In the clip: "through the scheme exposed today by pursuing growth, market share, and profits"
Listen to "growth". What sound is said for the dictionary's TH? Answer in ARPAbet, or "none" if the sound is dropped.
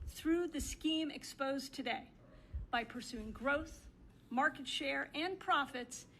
TH